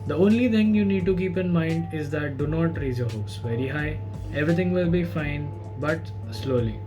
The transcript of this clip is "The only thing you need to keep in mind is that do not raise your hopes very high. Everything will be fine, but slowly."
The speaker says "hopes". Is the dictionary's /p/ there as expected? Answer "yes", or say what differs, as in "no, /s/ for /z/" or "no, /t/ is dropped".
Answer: no, /p/ is dropped